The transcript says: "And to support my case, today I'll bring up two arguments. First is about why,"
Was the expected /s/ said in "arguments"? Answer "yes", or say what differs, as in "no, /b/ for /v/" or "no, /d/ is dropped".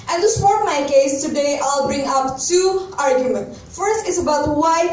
no, /s/ is dropped